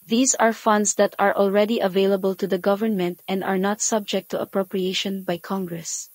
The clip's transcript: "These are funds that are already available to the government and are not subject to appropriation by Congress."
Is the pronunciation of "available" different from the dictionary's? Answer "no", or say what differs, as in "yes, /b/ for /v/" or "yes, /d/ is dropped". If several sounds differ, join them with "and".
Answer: no